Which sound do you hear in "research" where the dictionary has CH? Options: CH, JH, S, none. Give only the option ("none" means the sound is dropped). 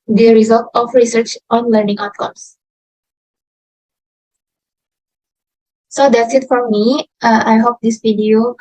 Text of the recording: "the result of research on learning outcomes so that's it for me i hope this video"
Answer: CH